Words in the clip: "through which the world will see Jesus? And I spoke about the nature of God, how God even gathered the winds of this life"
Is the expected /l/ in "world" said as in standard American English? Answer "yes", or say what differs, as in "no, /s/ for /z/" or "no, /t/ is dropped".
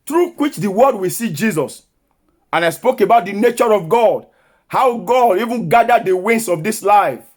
no, /l/ is dropped